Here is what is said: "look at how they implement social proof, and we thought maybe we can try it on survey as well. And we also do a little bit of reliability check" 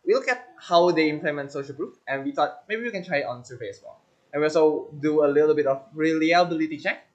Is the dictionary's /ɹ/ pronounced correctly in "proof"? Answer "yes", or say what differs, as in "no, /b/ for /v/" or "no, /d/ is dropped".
yes